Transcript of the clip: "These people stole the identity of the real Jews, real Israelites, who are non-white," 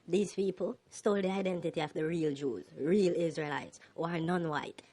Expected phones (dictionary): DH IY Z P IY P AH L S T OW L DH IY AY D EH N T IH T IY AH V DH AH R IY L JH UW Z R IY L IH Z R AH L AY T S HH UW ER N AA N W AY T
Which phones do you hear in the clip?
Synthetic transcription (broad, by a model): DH IY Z P IY P AH L S T OW L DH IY AY D EH N T IH T IY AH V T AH R IY L JH UW Z R IY L IH Z R AH L AY T S HH UW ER N AA N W AY T